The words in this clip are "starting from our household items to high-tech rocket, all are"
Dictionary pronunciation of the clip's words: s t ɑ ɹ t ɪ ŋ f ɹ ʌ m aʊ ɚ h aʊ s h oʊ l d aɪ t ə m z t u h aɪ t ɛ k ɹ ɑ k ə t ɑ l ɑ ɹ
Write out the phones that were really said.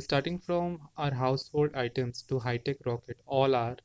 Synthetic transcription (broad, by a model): s t ɑ ɹ t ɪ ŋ f ɹ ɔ m aʊ ɚ h aʊ s h oʊ l d aɪ t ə m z t u h aɪ t ɛ k ɹ ɑ k ə t ɑ l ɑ ɹ